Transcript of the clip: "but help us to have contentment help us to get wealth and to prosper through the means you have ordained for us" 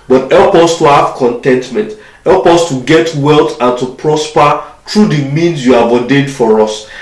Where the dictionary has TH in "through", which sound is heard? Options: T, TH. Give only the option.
T